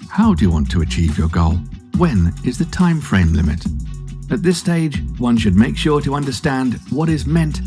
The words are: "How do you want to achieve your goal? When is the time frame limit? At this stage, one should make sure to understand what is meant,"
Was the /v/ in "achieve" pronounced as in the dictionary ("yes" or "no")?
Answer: yes